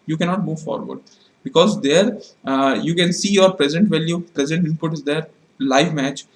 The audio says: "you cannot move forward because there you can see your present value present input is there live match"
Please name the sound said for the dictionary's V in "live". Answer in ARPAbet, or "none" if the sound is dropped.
V